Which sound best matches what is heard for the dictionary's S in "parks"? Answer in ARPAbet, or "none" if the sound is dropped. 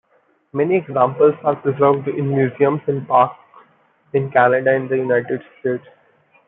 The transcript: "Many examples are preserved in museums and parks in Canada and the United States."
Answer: none